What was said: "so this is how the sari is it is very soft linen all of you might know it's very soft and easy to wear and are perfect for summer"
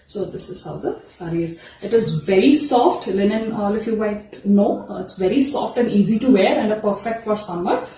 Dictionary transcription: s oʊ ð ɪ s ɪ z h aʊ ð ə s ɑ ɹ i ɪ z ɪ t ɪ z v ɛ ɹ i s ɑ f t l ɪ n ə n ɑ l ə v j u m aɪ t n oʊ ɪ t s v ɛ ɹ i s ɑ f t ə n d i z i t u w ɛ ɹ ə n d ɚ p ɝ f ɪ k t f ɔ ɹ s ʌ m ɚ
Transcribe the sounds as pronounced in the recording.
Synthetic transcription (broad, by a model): s oʊ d ɪ s ɪ z h aʊ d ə s ɑ ɹ i ɪ z ɪ t ɪ z v ɛ ɹ i s ɑ f t l ɪ n ə n ɑ l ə f j u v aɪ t n oʊ ɪ t s v ɛ ɹ i s ɑ f t ə n d i z i t u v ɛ ɹ ə n d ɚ p ɝ f ɪ k t f ɔ ɹ s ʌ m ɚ